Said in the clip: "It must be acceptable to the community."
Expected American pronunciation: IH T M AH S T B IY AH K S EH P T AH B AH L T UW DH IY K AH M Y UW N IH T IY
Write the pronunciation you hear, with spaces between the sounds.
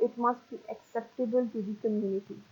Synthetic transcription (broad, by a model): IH T M AH S T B IY AH K S EH P T AH B AH L T UW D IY K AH M Y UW N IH T IY